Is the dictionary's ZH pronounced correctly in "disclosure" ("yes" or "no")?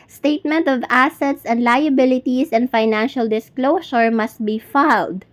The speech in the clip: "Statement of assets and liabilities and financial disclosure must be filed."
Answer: no